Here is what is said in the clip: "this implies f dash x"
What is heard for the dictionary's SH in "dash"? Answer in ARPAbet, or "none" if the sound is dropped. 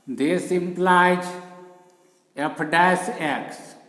S